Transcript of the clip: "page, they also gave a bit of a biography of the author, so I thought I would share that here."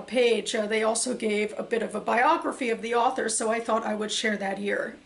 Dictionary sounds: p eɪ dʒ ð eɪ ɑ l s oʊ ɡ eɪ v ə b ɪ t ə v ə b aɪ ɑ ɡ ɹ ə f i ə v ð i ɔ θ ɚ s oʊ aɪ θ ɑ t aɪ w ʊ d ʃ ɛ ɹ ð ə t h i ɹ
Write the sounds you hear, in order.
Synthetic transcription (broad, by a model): p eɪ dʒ ð eɪ ɑ l s oʊ ɡ eɪ v ə b ɪ t ə v ə b aɪ ɑ ɡ ɹ ə f i ə v ð i ɔ θ ɚ s oʊ aɪ θ ɑ t aɪ w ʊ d ʃ ɛ ɹ ð ə t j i ɹ